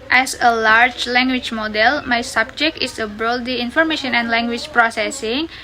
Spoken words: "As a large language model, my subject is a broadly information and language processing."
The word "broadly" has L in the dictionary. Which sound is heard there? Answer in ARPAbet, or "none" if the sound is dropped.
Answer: none